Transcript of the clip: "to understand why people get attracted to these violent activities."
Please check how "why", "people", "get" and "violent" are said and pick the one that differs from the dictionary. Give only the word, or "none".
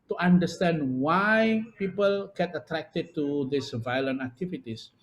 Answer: none